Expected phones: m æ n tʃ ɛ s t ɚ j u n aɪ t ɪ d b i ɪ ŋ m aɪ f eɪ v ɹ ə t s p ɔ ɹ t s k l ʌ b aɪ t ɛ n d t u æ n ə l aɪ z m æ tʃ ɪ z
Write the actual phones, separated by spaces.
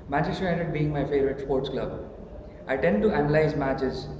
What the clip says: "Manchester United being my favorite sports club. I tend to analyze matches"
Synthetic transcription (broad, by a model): m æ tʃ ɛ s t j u aɪ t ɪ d b i ɪ ŋ m aɪ f eɪ v ɹ ə t s p ɔ ɹ t s k l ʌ b aɪ t ɛ n d t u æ n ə l aɪ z m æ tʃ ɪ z